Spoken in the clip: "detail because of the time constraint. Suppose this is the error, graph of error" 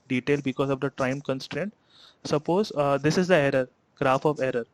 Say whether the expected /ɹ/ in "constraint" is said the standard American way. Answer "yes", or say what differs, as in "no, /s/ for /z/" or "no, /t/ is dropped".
yes